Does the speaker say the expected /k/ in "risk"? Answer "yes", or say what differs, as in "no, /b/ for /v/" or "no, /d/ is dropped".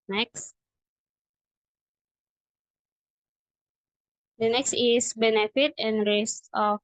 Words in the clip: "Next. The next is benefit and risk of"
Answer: no, /k/ is dropped